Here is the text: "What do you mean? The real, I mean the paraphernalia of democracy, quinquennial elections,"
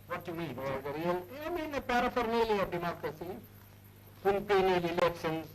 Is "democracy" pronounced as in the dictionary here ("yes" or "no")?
yes